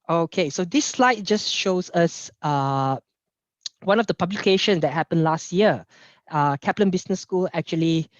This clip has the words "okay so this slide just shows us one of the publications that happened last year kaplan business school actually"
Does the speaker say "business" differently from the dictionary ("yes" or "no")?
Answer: yes